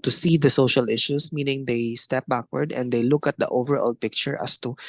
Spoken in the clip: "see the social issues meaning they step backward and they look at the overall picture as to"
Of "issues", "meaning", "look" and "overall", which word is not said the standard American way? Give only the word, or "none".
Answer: issues